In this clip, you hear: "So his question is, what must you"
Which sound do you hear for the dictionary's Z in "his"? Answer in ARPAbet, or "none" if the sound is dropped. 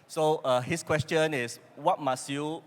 S